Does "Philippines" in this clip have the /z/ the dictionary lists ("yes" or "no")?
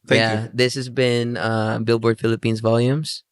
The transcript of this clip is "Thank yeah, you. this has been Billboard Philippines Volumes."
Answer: yes